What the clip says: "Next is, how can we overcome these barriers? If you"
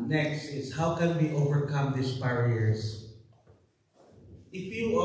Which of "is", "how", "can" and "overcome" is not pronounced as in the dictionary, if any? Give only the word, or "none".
is